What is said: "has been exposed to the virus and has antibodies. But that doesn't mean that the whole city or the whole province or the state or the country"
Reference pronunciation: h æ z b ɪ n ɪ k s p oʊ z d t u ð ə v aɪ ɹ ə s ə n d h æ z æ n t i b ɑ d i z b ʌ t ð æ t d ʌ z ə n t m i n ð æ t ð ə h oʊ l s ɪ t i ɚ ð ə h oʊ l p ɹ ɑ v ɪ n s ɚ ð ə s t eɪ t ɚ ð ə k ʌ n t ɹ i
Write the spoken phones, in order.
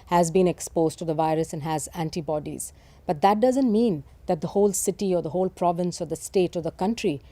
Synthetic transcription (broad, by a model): h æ z b ɪ n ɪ k s p oʊ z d t u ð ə v aɪ ɹ ə s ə n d h æ z æ n t i b ɑ d i z b ʌ t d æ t d ʌ z ə n t m i n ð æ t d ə h oʊ l s ɪ t i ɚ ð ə h oʊ l p ɹ ɑ v ɪ n s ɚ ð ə s t eɪ t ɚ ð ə k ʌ n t ɹ i